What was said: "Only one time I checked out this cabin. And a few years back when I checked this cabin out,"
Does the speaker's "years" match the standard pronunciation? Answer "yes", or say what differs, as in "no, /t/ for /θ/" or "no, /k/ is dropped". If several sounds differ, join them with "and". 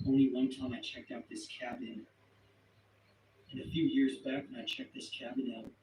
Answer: yes